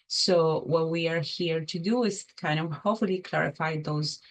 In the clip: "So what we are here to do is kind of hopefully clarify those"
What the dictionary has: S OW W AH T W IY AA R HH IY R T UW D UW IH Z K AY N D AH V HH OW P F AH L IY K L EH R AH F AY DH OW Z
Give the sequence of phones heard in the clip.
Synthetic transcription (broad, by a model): S OW W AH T W IY AA R HH IY R T UW D UW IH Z K AY N D AH V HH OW F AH L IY K L EH R AH F AY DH OW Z